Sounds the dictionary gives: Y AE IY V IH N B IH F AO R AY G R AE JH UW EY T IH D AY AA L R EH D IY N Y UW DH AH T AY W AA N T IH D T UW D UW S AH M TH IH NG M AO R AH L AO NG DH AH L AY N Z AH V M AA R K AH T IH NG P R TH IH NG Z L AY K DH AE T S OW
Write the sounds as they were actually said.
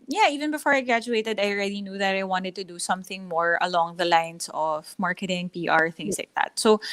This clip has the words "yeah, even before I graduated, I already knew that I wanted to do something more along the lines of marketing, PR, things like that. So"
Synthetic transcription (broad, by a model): Y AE IY V IH N B IH F AO R AY G R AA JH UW EY T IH D AY AA L R EH D IY N Y UW DH AH T AY W AA N T IH D T UW D UW S AH M TH IH NG M AO R AH L AO NG DH AH L AY N S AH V M AA R K AH T IH NG P R TH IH NG S L AY K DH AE T S OW